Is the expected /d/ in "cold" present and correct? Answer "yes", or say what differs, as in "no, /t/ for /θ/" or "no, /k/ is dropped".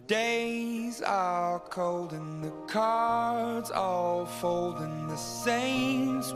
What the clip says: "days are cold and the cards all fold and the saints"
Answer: yes